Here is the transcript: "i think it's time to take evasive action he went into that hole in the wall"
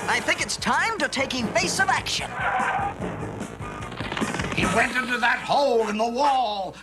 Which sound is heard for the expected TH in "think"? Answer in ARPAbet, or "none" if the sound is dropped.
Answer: TH